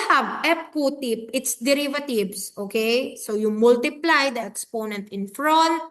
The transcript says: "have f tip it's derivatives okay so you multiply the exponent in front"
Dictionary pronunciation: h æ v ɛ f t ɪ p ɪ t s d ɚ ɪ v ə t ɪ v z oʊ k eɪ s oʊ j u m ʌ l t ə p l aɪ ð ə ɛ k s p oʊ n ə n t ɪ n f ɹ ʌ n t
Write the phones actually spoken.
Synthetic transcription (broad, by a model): h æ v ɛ p t ɪ p ɪ t s d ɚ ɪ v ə t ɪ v s oʊ k eɪ s oʊ j u m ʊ l t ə p l aɪ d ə ɛ k s p oʊ n ə n t ɪ n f ɹ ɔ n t